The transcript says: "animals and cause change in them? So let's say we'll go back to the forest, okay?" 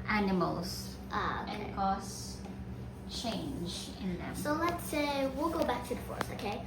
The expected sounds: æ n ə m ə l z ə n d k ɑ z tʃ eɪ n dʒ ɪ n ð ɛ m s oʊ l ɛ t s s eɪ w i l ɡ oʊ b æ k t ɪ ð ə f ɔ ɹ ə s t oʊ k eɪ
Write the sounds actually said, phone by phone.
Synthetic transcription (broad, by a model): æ n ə m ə l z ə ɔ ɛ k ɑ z tʃ eɪ n dʒ ɪ n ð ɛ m s oʊ l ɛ t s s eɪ w i l ɡ oʊ b æ k t ɪ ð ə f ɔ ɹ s oʊ k eɪ